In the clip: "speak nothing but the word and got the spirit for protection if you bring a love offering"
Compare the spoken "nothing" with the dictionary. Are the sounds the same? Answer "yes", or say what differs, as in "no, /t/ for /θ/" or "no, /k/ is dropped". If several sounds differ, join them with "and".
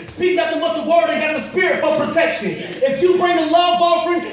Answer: no, /t/ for /θ/